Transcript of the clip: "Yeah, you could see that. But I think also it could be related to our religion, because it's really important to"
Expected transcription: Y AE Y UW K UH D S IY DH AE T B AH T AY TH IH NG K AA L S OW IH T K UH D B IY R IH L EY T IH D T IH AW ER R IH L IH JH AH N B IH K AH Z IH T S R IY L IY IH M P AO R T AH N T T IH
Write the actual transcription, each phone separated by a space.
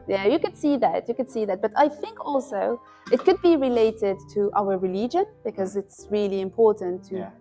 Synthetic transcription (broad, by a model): Y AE Y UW K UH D S IY DH AE T B AH T AY TH IH NG K AA L S OW IH T K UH D B IY R IH L EY T IH D T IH AW ER R IH L IH JH AH N B IH K AH Z IH T S R IY L IY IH M P AO R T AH N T T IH